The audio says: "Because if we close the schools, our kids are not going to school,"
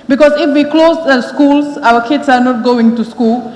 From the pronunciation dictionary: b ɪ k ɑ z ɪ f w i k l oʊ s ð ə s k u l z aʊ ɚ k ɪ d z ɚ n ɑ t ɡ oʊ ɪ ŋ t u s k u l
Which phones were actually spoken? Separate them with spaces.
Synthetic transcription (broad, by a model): b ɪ k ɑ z ɪ f w i k l oʊ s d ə s k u l s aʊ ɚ k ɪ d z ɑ n ɑ t ɡ oʊ ɪ ŋ t u s k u l